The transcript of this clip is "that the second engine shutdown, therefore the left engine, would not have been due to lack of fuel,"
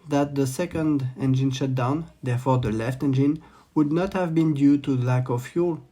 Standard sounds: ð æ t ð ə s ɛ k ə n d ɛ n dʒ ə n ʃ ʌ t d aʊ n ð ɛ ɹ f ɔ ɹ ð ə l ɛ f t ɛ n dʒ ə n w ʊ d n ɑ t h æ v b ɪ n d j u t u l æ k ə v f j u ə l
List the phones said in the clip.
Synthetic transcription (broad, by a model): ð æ t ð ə s ɛ k ə n d ɛ n dʒ ə n ʃ ʌ t d aʊ n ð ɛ ɹ f ɔ ɹ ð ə l ɛ f t ɛ n dʒ ə n w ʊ d n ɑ t h æ v b ɪ n d j u t u l æ k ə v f j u l